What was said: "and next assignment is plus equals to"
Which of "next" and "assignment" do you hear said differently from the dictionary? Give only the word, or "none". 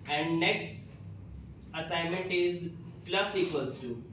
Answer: none